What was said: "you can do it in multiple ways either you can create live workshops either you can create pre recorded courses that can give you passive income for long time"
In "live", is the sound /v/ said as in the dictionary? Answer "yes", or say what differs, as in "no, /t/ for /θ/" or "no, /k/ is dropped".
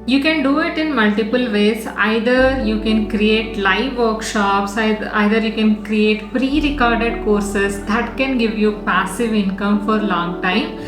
yes